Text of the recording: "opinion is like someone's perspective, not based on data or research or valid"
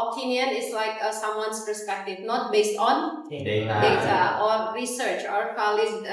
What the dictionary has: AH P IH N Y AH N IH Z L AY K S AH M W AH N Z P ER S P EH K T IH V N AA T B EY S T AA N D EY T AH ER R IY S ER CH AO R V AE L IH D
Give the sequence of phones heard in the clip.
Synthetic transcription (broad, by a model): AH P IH N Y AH N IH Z L AY K S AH M W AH N S P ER S P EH K T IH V N AA T B EY S T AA N D EY T AH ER R IY S ER CH AO R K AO L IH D